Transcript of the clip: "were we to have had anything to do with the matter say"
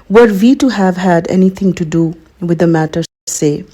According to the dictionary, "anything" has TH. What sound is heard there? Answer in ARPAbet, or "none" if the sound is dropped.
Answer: T